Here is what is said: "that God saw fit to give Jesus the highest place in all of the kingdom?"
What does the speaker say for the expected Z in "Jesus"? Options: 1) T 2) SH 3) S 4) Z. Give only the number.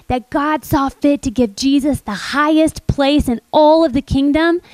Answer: 4